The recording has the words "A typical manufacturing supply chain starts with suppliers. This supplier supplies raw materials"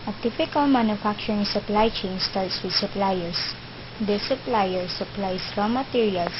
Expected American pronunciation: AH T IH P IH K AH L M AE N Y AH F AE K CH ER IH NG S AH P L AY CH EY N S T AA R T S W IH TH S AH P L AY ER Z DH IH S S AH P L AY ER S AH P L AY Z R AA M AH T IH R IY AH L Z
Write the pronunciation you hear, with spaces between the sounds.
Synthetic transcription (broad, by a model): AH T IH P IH K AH L M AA N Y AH F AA K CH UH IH NG S AH P L AY CH EY N S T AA L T S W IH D S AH P L AY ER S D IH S S AH P L AY ER S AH P L AY S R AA M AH T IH R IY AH L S